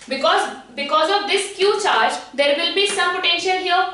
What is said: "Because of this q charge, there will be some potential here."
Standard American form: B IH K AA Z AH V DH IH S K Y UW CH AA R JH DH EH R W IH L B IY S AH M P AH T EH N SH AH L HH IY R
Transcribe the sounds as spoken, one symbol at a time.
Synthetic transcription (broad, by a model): B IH K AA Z AH V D IH S K Y UW CH AA R JH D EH R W IH L B IY S AH M P AH T EH N SH AH L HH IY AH